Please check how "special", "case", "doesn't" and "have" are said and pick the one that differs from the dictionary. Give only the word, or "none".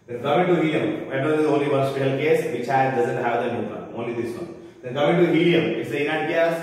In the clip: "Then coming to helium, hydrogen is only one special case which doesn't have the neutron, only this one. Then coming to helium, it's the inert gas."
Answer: special